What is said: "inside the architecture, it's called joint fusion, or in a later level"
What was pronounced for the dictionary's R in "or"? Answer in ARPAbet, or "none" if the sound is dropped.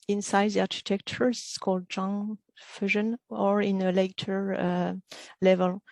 R